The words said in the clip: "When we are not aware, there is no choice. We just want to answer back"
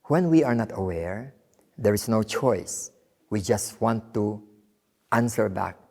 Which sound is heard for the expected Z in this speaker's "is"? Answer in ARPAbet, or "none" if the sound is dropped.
S